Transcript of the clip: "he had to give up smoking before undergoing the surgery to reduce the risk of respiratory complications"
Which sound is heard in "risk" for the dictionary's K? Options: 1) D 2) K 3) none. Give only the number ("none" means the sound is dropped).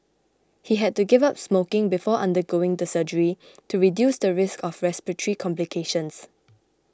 2